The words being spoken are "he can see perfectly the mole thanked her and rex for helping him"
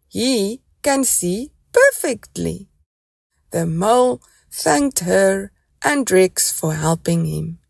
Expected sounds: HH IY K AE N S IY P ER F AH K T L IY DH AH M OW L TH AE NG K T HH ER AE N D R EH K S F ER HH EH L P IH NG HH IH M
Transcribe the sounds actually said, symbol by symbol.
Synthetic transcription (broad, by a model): HH IY K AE N S IY P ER F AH K T L IY DH AH M OW L TH AE NG K T HH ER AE N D R EH K S F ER HH EH L P IH NG HH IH M